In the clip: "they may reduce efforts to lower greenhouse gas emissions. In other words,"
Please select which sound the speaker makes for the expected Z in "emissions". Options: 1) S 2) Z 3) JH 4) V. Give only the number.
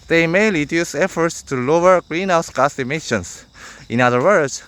1